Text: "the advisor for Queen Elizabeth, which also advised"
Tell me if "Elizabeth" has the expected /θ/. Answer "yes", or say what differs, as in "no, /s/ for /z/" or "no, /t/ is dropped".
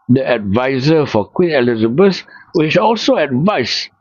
no, /s/ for /θ/